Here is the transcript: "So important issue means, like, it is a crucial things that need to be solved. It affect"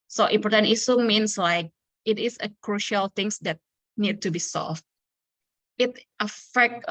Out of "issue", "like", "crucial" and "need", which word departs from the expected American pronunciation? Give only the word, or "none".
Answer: issue